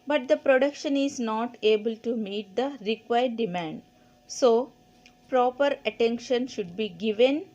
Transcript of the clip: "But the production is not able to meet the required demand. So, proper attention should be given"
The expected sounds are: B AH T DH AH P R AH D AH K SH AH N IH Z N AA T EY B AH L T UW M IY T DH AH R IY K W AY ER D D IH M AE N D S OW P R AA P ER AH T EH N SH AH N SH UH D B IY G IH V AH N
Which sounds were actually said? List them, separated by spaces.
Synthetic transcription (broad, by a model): B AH T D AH P R AH D AH K SH AH N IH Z N AA T EY B AH L T UW M IY T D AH R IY K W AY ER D D IH M AE N D S OW P R AA P ER AH T EH N SH AH N SH UH D B IY G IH V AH N